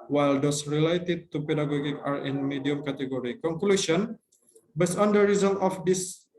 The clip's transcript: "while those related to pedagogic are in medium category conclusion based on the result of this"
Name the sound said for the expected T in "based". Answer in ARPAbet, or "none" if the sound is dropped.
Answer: none